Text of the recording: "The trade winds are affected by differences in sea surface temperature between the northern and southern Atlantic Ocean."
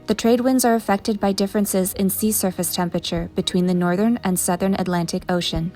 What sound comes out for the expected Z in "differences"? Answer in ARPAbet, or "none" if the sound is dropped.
Z